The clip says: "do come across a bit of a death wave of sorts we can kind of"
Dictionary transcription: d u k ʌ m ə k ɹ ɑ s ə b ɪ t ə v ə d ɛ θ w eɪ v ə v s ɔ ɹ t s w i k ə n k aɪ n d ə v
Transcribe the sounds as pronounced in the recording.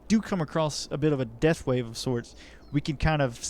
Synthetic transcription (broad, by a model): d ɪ k ʌ m ə k ɹ ɑ s ə b ɪ t ə v ə d ɛ θ w eɪ v ə v s ɔ ɹ t s w i k ə n k aɪ n d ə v